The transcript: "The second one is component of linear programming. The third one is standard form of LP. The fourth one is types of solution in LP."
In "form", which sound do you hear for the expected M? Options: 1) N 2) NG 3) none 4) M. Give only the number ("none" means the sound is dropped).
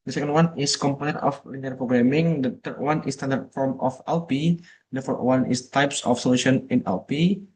4